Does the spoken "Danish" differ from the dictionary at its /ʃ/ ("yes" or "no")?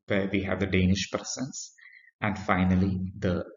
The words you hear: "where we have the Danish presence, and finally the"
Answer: no